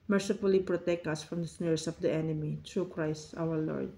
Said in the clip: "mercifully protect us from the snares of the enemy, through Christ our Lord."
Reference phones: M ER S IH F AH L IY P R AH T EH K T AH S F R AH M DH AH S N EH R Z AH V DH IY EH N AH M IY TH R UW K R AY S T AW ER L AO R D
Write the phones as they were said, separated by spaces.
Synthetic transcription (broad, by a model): M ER S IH F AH L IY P R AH T EH K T AH S F R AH M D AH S N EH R S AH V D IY EH N AH M IY T R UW K R AY S T AW ER L AO R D